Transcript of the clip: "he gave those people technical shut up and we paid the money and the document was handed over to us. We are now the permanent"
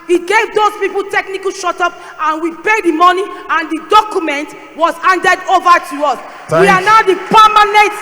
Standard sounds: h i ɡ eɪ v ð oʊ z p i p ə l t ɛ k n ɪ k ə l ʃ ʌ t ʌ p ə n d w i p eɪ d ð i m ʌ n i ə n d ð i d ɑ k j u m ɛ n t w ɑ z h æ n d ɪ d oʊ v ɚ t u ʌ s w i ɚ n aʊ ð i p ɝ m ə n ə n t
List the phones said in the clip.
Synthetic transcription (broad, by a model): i ɡ eɪ v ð oʊ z p i p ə l t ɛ k n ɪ k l ʃ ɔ t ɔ p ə n w i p eɪ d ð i m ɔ n i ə n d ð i d ɑ k j u m ɛ n t w ɑ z h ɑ n d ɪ d oʊ v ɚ t u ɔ s w i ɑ n aʊ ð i p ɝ m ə n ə n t